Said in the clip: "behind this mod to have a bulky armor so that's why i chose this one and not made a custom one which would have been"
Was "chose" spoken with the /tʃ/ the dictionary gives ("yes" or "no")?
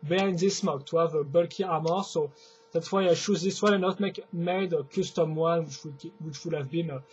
no